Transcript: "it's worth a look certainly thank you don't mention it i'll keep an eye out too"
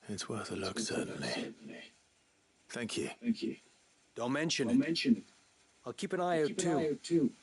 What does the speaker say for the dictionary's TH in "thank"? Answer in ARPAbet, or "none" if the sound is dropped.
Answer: TH